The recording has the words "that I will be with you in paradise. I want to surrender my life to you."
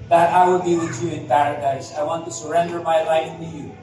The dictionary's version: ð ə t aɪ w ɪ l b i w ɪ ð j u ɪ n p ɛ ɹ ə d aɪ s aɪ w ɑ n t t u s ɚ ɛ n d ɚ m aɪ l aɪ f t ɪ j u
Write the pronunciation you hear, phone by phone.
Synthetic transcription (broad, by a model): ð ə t aɪ w ɪ l b i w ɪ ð j u ɪ n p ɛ ɹ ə d aɪ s aɪ w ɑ n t t u s ɚ ɛ n d ɚ m aɪ l aɪ f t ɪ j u